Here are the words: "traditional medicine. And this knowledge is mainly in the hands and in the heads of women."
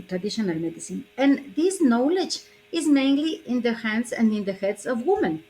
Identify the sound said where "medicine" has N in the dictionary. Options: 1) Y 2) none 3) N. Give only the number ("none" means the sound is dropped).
3